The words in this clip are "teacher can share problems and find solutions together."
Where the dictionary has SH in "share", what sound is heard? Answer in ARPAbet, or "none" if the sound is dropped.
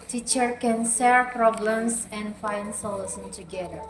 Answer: S